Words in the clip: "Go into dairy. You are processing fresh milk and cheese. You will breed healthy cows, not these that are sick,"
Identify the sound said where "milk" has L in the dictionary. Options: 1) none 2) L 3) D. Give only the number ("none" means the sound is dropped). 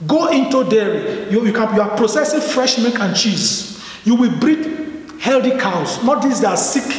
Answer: 1